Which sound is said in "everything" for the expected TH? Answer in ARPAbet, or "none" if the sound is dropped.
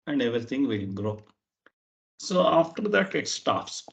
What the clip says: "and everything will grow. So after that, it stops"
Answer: T